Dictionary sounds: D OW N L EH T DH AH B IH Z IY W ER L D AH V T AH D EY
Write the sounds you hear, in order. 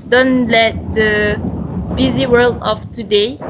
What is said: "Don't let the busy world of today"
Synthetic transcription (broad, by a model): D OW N L EH T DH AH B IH Z IY W ER L D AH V T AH D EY